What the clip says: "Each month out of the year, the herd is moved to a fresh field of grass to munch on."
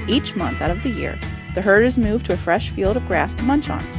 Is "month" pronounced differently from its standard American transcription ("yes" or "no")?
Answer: no